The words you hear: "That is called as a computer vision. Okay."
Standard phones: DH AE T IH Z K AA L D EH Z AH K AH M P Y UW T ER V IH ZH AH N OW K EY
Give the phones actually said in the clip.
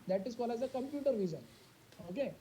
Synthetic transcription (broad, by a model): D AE T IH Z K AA L AA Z AH K AH M P Y UW T ER V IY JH AH N OW K EY